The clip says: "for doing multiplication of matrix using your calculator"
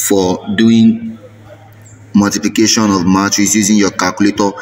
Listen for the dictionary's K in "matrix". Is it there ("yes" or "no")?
no